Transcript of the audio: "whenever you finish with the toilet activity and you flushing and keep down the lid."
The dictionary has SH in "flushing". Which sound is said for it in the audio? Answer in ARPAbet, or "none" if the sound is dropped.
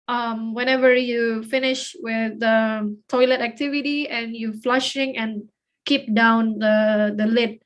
SH